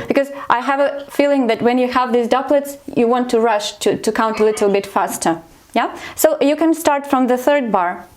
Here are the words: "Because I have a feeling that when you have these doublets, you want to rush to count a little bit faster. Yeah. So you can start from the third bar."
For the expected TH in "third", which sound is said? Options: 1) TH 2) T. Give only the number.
1